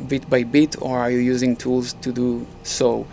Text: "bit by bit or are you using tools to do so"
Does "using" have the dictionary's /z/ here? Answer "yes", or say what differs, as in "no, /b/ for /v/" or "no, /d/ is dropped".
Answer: yes